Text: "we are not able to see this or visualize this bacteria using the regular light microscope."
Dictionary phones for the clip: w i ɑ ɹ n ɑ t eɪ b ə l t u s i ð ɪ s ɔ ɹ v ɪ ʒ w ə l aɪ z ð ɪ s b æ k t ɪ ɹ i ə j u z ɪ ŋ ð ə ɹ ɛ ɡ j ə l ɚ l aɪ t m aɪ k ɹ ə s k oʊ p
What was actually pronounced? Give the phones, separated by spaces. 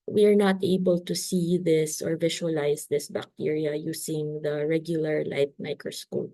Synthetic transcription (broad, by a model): w i ɑ ɹ n ɑ t eɪ b ə l t u s i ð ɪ s ɔ ɹ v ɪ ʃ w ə l aɪ s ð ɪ s b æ k t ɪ ɹ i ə j u s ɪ ŋ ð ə ɹ ɛ ɡ j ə l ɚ l aɪ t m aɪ k ɹ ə s k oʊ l